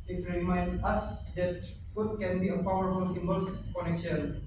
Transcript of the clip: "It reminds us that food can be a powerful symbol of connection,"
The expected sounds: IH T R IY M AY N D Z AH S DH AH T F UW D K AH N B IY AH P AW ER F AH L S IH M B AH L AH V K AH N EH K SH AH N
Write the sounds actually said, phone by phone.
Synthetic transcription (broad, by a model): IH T R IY M AY N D AH S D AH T F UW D K AH N B IY AH P AW ER F AH L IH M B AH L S K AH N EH K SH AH N